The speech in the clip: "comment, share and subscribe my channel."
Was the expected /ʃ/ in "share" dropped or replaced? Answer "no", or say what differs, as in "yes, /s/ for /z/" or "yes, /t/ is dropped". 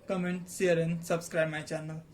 yes, /s/ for /ʃ/